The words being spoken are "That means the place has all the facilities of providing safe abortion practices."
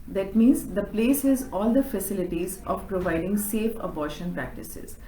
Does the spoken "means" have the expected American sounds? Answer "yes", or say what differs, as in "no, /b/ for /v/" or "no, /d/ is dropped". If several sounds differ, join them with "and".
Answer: yes